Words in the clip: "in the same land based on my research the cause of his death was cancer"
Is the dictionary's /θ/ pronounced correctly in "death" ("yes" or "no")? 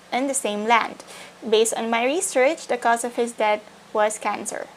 no